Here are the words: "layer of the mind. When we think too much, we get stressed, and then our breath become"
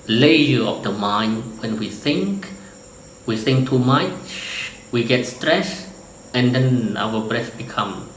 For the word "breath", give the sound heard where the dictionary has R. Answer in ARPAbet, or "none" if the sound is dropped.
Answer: R